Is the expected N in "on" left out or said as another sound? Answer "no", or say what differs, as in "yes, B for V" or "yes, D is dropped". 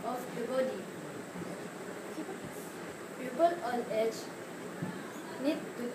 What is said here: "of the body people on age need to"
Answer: yes, L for N